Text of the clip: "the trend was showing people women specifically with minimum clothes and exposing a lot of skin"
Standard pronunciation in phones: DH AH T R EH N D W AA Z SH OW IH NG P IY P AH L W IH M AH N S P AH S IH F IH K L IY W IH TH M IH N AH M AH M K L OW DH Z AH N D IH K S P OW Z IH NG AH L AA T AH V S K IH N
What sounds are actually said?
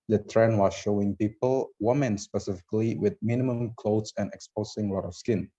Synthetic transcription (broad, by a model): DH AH T R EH N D W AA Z SH OW IH NG P IY P AH L W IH M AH N S P AH S IH F IH K L IY W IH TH M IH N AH M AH M K L OW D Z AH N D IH K S P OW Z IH NG L AA T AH F S K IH N